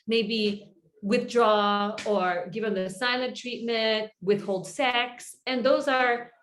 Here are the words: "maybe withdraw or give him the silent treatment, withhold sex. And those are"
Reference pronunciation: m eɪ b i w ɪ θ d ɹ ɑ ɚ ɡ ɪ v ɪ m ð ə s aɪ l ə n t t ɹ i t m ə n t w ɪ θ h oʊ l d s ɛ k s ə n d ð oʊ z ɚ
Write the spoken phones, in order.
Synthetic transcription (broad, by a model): m eɪ b i w ɪ θ d ɹ ɑ ɚ ɡ ɪ v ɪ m ð ə s aɪ l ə n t t ɹ i t m ə n t w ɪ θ h oʊ l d s ɛ k s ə n ð oʊ z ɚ